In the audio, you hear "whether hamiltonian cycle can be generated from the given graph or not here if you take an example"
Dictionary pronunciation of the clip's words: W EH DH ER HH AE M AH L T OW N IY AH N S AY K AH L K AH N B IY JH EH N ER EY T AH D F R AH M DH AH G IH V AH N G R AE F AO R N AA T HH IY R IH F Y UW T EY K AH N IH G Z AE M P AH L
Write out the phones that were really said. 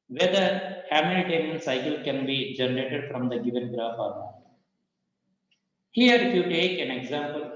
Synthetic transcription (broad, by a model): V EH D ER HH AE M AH T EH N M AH N S AY K AH L K AH N B IY JH EH N ER EY T AH D F R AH M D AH G IH V AH N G R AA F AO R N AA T HH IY R IH F Y UW T EY K AH N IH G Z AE M P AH L